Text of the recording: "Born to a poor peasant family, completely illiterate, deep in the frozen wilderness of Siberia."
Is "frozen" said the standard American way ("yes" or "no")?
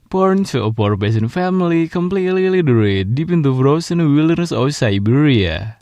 no